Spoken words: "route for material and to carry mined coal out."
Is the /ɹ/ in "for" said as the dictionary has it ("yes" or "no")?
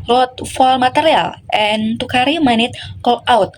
no